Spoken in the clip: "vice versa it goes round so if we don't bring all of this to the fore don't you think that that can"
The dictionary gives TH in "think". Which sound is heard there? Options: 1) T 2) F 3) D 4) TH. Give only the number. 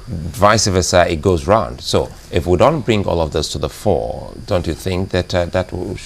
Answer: 4